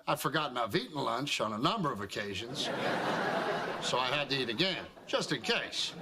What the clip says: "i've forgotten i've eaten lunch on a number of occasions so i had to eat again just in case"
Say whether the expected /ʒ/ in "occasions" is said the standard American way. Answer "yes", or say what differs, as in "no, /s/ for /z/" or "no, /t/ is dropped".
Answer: yes